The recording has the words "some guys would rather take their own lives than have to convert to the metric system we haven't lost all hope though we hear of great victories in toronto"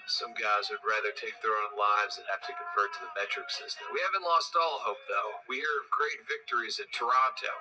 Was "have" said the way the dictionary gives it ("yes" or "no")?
no